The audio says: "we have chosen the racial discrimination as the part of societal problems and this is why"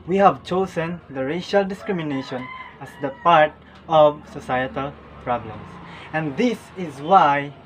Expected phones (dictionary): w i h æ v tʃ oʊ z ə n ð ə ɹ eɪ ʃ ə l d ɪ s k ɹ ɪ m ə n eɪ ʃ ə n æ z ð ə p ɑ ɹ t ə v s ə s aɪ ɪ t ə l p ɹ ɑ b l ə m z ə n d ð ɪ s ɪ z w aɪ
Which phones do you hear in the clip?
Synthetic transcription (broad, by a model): w i h æ v tʃ oʊ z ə n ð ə ɹ eɪ ʃ ə l d ɪ s k ɹ ɪ m ə n eɪ ʃ ə n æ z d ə p ɑ ɹ t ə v s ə s aɪ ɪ t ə l p ɹ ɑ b l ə m s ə n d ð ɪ s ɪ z w aɪ